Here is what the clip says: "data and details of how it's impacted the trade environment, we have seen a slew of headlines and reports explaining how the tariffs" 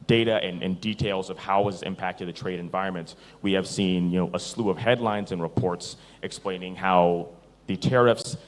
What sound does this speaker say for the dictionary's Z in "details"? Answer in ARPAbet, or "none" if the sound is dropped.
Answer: Z